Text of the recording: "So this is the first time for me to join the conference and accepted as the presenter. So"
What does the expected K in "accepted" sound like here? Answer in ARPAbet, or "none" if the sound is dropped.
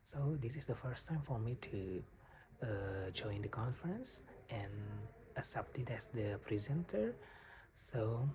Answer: none